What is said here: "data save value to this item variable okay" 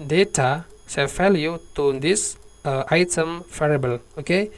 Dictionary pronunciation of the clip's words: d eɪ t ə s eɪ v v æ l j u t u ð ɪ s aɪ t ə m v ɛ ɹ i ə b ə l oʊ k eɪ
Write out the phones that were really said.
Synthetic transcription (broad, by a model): d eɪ t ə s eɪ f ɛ l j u t u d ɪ s aɪ t ə m f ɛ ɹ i b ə l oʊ k eɪ